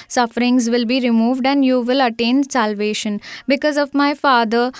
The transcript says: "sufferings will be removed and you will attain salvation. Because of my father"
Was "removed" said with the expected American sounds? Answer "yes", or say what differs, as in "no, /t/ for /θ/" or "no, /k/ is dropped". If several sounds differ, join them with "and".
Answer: yes